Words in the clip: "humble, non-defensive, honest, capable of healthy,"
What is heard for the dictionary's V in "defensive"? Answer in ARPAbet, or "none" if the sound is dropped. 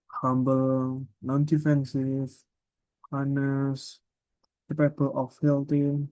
F